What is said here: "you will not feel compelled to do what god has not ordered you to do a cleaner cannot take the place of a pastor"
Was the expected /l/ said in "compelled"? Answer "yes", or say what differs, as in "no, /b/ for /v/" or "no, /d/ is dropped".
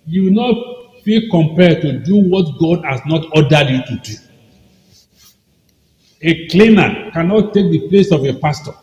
no, /l/ is dropped